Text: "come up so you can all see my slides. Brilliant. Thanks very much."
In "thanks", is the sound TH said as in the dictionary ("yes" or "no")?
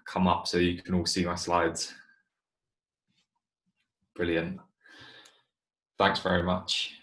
yes